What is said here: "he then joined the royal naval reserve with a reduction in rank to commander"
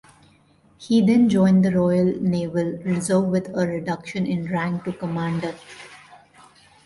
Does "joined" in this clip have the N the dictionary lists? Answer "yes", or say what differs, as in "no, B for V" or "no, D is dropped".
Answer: yes